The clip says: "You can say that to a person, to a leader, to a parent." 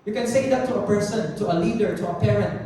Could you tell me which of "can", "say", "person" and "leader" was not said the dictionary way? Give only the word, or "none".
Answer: none